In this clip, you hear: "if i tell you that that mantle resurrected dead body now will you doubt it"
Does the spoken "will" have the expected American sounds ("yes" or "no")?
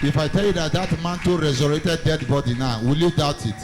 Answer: yes